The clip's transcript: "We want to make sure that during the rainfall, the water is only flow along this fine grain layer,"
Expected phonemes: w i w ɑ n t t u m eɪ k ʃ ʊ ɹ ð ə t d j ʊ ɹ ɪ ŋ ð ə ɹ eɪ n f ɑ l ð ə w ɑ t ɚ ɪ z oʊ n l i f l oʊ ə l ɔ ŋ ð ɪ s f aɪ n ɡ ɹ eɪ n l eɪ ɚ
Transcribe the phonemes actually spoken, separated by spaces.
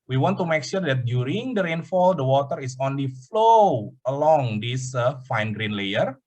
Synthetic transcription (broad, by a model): w i w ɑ n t t u m eɪ k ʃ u ɹ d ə t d j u ɹ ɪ ŋ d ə ɹ eɪ n f ɑ l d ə w ɑ t ɚ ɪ s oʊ n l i f l oʊ ə l ɔ ŋ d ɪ s f aɪ n ɡ ɹ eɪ n l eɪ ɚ